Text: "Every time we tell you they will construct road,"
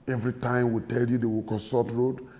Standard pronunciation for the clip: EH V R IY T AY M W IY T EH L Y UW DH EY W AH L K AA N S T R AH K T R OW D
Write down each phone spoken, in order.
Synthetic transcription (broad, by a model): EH V R IY T AY M W IY T EH L Y UW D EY W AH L K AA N S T AH T R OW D